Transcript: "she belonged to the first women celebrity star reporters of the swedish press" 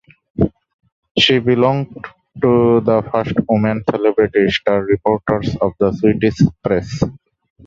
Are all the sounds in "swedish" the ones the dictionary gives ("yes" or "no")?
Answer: no